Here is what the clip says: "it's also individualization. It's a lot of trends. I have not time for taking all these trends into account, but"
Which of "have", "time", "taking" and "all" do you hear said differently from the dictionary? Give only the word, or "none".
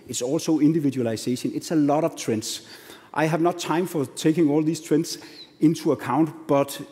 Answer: none